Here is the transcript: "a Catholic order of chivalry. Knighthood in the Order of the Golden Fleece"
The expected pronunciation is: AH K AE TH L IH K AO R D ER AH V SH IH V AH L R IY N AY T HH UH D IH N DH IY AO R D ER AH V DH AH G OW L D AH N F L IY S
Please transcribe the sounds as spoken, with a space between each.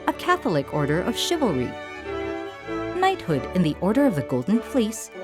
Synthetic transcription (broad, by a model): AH K AE TH L IH K AO R D ER AH V SH IH V L R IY N AY T HH UH D IH N DH IY AO R D ER AH V DH AH G OW L D N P L IY S